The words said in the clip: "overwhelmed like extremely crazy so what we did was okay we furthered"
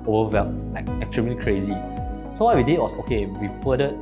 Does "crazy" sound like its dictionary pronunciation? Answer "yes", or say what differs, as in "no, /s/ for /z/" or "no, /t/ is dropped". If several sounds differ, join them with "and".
yes